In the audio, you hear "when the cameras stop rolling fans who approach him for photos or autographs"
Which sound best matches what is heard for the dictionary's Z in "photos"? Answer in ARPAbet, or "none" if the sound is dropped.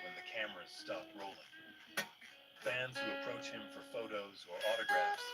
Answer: Z